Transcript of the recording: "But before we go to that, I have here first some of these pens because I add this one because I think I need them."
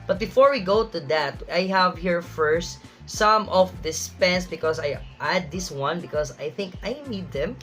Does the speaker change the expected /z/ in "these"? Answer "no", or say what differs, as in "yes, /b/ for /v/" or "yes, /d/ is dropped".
yes, /s/ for /z/